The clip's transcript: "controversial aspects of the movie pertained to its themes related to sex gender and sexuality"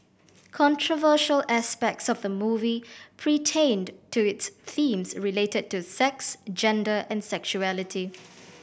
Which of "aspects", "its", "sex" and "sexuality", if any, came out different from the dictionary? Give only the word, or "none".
none